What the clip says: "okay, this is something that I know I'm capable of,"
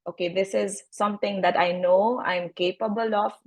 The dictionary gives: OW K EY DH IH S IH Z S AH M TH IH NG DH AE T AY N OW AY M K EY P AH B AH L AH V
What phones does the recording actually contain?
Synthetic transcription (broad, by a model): OW K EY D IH S IH Z S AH M T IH NG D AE T AY N OW AY M K EY P AH B AH L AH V